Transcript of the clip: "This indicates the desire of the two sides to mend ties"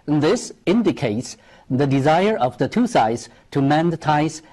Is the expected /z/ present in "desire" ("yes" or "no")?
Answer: yes